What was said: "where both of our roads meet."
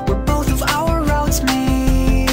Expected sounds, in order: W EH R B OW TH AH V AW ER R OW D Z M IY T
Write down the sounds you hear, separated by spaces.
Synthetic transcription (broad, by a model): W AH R B OW TH AH V AW ER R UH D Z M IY